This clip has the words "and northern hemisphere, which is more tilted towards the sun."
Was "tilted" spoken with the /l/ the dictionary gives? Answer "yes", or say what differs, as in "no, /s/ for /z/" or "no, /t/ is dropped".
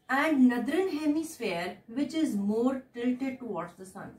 no, /l/ is dropped